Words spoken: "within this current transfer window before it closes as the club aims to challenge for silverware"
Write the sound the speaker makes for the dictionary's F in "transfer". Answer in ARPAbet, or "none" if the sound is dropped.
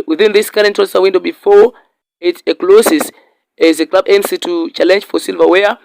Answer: none